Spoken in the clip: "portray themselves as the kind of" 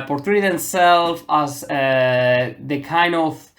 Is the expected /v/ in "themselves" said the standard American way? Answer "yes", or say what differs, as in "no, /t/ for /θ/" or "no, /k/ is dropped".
no, /f/ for /v/